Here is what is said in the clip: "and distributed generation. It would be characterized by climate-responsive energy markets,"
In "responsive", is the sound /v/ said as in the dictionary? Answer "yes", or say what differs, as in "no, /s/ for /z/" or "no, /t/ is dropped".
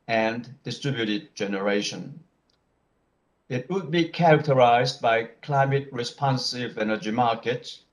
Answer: yes